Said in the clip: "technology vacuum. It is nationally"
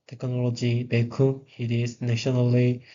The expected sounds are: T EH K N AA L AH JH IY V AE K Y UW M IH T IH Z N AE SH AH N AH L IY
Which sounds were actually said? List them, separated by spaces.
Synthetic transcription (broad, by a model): T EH K N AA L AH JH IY B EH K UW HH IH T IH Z N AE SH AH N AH L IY